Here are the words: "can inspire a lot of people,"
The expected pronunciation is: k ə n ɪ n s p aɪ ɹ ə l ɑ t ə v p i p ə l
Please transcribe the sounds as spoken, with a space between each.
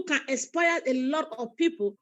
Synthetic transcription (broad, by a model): k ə n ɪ s p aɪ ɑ ə l ɑ t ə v p i p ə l